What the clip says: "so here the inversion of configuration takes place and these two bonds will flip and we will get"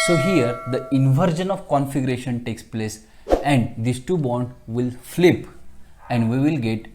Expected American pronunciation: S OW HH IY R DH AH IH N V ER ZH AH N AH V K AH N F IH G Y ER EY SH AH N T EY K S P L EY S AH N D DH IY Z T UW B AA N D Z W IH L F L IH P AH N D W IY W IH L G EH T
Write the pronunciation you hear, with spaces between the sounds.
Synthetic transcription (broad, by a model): S OW HH IY R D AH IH N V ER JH AH N AH V K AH N F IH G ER EY SH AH N T EY K S P L EY S AH N D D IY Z T UW B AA D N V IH L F L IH P AH N D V IY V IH L G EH T